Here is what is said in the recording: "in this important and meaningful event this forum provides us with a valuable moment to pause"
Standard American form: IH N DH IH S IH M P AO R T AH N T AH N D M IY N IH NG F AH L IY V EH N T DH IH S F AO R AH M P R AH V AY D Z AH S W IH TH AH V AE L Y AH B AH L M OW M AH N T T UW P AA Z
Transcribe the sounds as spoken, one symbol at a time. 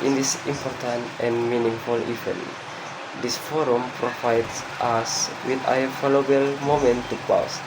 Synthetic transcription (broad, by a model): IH N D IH S IH M P AO R T AH N T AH N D M IY N IH NG F AH L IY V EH N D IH S F AO R AH M P R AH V AY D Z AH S W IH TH AH F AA L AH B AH L M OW M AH N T T UW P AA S